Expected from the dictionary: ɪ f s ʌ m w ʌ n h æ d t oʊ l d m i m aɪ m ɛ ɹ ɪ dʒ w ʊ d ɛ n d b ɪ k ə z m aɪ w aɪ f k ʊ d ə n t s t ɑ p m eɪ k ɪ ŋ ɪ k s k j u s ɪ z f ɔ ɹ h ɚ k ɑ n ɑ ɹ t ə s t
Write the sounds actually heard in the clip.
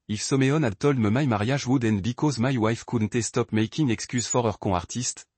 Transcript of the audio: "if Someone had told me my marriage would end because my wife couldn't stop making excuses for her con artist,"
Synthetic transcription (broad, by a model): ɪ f s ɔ m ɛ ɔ n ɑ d t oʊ l d m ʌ m aɪ m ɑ ɹ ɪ ʒ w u d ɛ n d b ɪ k ə z m aɪ w aɪ f k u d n t s t ɑ p m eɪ k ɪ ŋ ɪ k s k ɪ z f ɔ ɹ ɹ k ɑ ɑ ɹ t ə s t